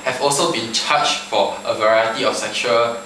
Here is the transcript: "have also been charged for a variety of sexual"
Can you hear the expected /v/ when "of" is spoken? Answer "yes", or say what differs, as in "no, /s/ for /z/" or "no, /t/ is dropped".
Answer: no, /f/ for /v/